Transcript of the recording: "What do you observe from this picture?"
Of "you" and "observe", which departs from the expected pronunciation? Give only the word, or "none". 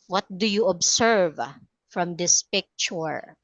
observe